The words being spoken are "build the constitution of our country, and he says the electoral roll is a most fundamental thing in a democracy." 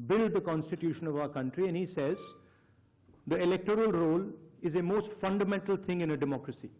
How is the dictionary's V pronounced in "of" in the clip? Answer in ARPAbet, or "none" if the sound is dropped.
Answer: V